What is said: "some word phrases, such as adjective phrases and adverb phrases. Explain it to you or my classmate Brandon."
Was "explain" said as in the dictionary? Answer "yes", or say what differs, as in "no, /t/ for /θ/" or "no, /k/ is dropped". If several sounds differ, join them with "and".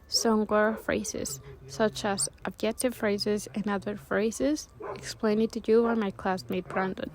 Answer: yes